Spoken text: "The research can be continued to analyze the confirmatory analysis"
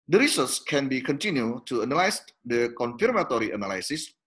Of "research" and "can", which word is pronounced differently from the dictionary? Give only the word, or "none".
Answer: research